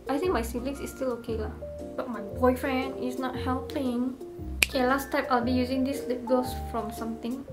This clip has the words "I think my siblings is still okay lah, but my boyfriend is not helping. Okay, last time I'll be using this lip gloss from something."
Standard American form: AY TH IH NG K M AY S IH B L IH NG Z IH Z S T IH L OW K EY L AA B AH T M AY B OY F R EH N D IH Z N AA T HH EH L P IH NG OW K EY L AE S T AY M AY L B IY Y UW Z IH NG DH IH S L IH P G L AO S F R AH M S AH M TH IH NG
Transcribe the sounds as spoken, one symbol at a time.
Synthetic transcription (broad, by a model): AY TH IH NG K M AY S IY L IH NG S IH S T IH L OW K EY L AA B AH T M AY B OY F R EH N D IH S N AA T HH EH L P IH NG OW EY L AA S T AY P AY L B IY Y UW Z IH NG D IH S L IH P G AO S F R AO M S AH M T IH NG